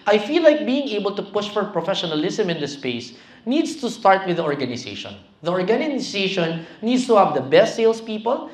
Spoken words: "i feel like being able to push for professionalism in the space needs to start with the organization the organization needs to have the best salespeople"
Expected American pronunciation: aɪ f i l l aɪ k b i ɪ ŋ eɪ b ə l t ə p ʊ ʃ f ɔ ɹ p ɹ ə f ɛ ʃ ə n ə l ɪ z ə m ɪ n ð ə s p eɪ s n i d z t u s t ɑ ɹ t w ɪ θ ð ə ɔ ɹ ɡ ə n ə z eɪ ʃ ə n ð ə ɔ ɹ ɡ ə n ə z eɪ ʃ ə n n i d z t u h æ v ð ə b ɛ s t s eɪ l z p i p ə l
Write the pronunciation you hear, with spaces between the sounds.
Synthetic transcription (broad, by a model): aɪ f i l l aɪ k b i ɪ ŋ eɪ b ə l t ə p ʊ ʃ f ɔ ɹ p ɹ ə f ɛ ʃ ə n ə l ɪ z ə m ɪ n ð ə s p eɪ s n i d s t u s t ɑ ɹ t w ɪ ð ə ɔ ɹ ɡ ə n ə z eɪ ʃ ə n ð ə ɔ ɹ ɡ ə n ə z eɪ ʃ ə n n i d s t u h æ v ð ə b ɛ s t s eɪ l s p i p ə l